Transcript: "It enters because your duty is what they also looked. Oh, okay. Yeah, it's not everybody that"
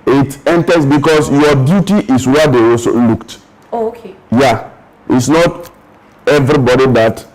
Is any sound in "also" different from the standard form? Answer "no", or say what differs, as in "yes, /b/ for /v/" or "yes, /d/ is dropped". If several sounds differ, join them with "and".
yes, /l/ is dropped